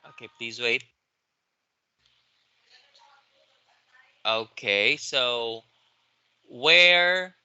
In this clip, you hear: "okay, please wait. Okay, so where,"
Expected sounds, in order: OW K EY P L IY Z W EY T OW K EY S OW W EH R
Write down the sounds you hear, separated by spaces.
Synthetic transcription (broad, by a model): OW K EY P L IY Z W EY T OW K EY S OW W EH R